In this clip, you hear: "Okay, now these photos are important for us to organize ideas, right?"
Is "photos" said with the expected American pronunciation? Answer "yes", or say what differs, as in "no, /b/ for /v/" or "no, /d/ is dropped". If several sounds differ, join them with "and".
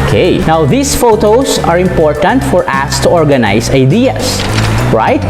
no, /s/ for /z/